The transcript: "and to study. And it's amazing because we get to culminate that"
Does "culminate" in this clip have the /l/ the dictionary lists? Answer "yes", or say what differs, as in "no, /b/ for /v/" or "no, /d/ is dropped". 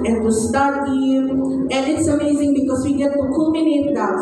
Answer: no, /l/ is dropped